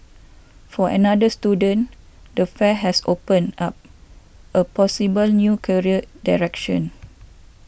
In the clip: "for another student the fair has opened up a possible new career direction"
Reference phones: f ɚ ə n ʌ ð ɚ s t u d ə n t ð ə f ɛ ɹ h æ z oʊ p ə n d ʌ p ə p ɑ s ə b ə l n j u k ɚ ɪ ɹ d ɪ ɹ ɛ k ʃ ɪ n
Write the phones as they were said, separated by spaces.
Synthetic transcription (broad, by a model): f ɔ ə n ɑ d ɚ s t u d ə n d ə f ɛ h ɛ s oʊ p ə n ɑ p ə p ɑ s ə b ə l n j u k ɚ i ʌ d ɪ ɹ ɛ k ʃ ɪ n